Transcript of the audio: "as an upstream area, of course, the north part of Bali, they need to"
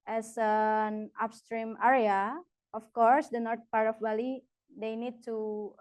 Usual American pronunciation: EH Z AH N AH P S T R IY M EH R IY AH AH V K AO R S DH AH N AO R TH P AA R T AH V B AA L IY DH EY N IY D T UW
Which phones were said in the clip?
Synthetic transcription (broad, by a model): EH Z AH N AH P S T R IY M EH R IY AH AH F K AO R S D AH N AO R T P AA R T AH F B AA L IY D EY N IY D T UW